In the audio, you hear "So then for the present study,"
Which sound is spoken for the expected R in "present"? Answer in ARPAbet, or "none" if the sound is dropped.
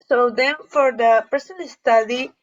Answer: none